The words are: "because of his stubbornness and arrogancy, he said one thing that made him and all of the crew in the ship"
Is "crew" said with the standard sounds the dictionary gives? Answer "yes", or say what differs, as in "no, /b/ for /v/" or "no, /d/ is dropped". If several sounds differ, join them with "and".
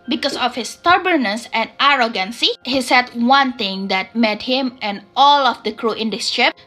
yes